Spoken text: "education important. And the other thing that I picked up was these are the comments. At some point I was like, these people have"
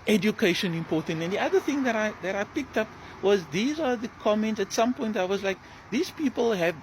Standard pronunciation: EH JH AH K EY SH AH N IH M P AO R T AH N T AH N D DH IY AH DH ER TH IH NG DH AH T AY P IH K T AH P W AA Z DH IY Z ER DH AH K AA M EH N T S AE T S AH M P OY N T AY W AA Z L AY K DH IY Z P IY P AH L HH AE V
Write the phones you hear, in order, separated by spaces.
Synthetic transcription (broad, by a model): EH JH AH K EY SH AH N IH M P AO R T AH N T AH N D DH IY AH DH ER TH IH NG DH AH T AY P IH K T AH P W AA Z DH IY Z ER DH AH K AA M EH N T S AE T S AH M P OY N T AY W AA Z L AY K DH IY Z P IY P AH L HH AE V